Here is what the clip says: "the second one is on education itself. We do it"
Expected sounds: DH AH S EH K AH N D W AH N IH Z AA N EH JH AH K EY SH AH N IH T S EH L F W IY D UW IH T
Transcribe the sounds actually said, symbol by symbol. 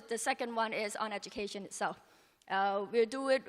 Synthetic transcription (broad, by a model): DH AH S EH K AH N D W AH N IH Z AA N EH JH AH K EY SH AH N IH T S EH L F W IY D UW IH T